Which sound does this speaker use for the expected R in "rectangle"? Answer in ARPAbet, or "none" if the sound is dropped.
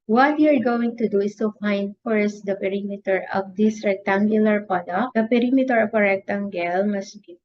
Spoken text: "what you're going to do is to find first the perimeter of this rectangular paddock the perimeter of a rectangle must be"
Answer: R